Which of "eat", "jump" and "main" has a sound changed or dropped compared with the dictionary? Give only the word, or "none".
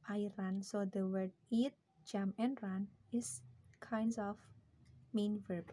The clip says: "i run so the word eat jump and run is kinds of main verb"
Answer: jump